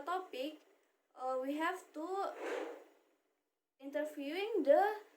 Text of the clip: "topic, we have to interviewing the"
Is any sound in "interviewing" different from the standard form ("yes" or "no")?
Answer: yes